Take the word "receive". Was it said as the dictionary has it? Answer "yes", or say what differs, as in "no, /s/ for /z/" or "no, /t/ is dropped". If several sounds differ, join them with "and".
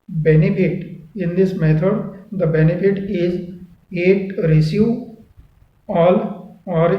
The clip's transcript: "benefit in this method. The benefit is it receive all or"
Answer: no, /v/ is dropped